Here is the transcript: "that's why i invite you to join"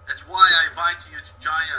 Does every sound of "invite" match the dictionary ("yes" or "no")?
no